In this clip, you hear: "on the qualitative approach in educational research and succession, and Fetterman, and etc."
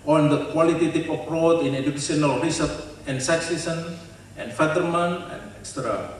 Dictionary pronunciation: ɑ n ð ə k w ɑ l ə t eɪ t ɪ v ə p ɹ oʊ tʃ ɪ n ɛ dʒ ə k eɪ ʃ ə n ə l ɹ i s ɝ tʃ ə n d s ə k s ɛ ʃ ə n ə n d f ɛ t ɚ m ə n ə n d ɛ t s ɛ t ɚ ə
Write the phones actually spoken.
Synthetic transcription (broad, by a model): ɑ n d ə k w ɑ l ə t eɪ t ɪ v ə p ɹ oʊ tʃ ɪ n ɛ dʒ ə k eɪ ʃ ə n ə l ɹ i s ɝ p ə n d s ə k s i s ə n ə n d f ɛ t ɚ m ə n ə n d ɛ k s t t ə